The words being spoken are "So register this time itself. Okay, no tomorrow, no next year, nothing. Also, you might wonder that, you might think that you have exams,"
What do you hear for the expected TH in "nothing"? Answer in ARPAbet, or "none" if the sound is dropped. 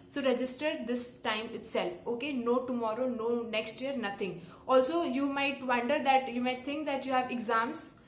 T